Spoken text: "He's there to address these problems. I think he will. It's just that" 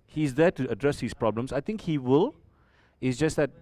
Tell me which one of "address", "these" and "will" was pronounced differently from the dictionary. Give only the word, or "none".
these